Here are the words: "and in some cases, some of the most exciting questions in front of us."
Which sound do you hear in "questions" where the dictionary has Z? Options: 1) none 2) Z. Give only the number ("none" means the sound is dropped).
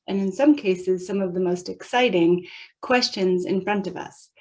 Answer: 2